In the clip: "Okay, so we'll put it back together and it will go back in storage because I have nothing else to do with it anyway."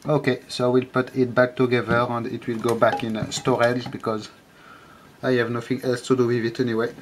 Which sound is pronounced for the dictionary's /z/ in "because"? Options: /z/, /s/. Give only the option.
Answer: /z/